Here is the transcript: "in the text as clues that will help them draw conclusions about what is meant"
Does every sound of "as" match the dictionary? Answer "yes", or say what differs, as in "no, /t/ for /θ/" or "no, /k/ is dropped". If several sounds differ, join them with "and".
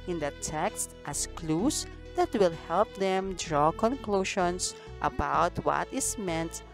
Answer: no, /s/ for /z/